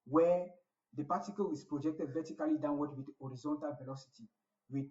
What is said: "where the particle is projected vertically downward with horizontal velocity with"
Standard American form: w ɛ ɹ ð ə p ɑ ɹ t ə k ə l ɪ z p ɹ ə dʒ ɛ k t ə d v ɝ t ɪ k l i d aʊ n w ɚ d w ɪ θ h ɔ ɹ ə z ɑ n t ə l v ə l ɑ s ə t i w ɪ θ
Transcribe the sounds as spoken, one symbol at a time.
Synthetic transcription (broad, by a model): w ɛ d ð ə p ɑ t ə k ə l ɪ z p ɹ ə dʒ ɛ k t ə d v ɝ t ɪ k l i d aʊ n w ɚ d w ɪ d ɔ ɹ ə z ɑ n t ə l v ə l ɑ s ə t i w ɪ